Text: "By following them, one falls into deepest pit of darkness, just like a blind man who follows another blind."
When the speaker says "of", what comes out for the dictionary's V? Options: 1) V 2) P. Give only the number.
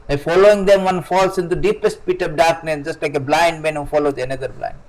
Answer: 2